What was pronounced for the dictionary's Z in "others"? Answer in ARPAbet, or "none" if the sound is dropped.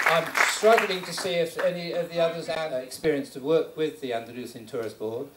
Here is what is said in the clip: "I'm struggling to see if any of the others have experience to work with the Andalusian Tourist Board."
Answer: Z